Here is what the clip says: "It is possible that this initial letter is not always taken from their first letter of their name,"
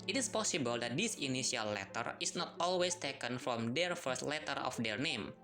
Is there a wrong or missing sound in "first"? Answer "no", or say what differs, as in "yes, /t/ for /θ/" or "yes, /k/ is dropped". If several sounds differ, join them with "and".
no